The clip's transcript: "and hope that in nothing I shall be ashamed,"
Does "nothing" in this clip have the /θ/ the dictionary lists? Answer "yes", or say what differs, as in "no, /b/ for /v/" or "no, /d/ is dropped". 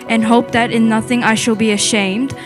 yes